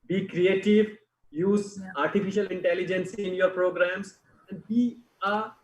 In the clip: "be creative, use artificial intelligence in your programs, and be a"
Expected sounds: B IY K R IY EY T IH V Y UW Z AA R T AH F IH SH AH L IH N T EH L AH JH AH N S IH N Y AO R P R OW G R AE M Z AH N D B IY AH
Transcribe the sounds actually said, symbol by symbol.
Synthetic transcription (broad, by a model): B IY K R IY EY T IH V Y UW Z AA R T AH F IH SH AH L IH N T EH L AH JH AH N S IH N Y AO R P R OW G R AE M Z AH N D B IY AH